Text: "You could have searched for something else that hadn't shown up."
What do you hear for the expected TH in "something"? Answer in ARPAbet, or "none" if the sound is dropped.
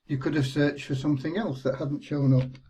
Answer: TH